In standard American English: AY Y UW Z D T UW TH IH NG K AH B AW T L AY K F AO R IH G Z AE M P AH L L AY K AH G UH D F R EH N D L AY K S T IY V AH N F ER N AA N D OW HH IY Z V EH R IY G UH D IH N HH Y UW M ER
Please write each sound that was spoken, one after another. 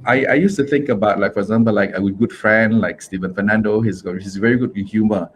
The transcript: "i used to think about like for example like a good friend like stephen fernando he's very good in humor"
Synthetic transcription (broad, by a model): AY Y UW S T UW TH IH NG K AH B AW T L AY K F AO R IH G Z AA M P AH L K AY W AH G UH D F R EH N D L AY K S T IY V AH N F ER N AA N D OW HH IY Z V EH R IY G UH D IH N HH Y UW M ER